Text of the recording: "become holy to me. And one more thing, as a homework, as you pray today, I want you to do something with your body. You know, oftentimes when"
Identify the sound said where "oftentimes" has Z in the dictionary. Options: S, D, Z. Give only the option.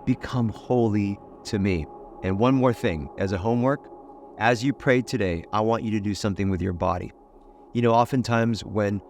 Z